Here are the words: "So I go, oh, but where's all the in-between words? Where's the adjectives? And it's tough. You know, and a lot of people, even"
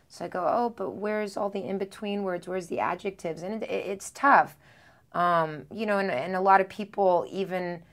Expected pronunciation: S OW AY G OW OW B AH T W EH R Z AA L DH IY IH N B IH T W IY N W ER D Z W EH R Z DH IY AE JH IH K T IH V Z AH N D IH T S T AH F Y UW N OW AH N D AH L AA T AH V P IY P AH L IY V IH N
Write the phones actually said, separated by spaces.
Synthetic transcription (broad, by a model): S OW AY G OW OW B AH T W EH R Z AA L DH IY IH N B IH T W IY N W ER D Z W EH R Z DH IY AE JH IH K T IH V Z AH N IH IH T S T AH F Y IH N OW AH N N AH L AA T AH V P IY P L IY V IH N